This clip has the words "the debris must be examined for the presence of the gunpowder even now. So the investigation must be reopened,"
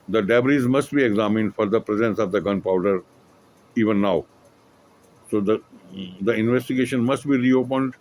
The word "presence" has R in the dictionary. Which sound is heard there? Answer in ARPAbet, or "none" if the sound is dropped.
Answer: R